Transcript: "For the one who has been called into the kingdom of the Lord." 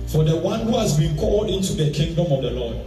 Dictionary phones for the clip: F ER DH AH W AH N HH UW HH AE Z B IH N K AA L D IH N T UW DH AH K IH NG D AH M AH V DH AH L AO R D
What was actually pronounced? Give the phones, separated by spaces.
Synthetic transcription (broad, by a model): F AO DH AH W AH N HH UW HH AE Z B IH N K AA L D IH N T UW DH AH K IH NG D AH M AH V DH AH L AO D